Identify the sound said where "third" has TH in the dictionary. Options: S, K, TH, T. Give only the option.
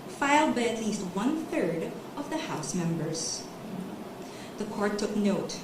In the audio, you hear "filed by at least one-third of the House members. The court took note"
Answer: TH